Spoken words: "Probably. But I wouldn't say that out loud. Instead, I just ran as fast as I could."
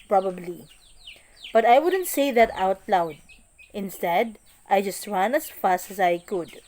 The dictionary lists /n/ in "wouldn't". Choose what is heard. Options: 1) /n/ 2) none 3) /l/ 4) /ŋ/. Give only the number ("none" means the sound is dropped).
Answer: 1